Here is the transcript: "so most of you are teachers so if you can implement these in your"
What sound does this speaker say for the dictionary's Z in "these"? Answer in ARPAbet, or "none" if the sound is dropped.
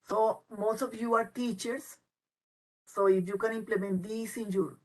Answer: S